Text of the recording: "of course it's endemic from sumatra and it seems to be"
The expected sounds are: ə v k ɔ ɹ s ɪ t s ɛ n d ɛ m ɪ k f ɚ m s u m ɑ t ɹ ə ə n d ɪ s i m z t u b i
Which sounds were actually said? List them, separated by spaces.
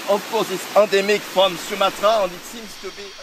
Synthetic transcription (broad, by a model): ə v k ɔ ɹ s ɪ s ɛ d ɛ m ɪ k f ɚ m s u m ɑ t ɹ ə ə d ɪ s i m s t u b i